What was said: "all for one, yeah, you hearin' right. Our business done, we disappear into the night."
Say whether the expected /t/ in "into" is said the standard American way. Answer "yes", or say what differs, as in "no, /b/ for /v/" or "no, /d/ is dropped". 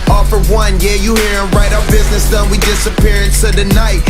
no, /s/ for /t/